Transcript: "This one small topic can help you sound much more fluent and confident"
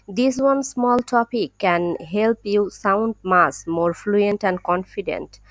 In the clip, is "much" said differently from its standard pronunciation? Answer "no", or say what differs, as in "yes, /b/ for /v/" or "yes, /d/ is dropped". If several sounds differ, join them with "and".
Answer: yes, /s/ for /tʃ/